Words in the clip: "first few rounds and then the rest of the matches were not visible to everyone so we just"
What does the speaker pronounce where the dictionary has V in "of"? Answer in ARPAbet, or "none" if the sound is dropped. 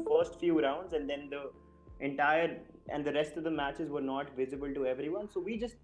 V